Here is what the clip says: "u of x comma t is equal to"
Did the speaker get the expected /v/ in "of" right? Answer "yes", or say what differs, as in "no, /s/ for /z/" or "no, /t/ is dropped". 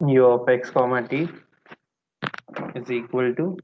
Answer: no, /p/ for /v/